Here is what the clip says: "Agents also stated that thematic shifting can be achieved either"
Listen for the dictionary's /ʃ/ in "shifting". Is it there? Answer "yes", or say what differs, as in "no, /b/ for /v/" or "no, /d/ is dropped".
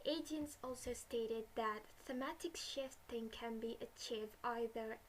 yes